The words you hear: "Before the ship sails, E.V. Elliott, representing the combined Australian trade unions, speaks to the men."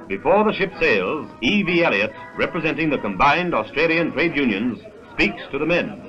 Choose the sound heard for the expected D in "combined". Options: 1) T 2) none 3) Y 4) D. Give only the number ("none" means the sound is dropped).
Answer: 4